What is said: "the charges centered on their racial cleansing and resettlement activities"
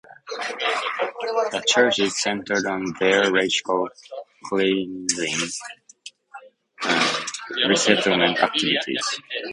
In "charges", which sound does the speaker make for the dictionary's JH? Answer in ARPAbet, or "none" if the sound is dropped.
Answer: CH